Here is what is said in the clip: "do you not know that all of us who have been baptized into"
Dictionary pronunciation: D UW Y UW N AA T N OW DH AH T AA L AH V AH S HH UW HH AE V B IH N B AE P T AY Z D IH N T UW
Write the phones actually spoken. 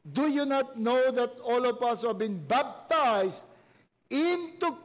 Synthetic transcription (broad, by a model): D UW Y UW N AA T N OW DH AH T AA L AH P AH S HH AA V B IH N B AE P T AY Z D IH N T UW